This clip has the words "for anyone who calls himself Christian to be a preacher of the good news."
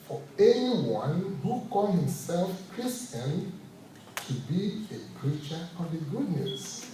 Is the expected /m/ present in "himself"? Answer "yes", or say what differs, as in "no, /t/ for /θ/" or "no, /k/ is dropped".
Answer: yes